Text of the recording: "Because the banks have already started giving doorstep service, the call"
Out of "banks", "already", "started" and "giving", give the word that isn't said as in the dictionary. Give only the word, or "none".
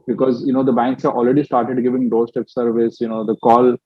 none